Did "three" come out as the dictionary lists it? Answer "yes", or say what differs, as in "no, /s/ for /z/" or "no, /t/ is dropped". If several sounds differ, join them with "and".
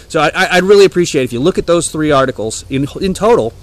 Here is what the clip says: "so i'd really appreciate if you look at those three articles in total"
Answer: yes